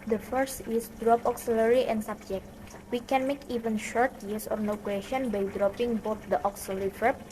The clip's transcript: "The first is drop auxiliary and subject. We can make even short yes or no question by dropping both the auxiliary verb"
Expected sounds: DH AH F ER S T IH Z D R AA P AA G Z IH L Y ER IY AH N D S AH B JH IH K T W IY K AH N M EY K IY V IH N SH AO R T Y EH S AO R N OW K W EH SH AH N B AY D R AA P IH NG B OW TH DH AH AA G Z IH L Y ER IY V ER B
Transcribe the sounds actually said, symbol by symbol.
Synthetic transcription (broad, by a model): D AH F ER S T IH S D R AA P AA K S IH L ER IY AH N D S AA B JH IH K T W IY K AH N M EY K IY V IH N SH AO R T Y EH S AO R N OW K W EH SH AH N B AY D R AA P IH NG B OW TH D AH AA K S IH L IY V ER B